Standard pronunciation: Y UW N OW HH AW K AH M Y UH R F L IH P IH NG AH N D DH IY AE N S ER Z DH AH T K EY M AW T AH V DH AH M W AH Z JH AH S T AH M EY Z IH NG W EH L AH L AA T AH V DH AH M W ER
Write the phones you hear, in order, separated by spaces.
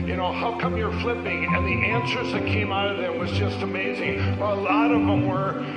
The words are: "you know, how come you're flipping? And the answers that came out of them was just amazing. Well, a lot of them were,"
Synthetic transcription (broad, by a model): Y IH N OW HH AW K AH M Y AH R F L IH P IH NG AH N DH IY AE N S ER Z DH AH T K EY M AW T AH V DH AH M W AH Z JH AH S T AH M EY Z IH NG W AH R AH L AA T AH V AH M W ER